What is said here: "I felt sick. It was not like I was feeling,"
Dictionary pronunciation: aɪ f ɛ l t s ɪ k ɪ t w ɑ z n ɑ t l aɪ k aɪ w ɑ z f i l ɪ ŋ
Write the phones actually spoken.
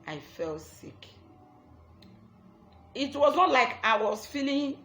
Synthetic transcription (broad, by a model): aɪ f ɛ l t s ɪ k ɪ t w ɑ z n ɑ t l aɪ k aɪ w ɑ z f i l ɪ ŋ